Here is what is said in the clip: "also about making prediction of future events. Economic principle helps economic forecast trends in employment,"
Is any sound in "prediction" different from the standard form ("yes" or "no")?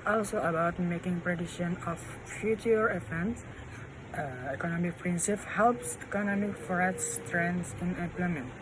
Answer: yes